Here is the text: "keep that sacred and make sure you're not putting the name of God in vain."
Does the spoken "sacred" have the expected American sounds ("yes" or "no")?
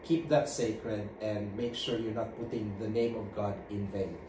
yes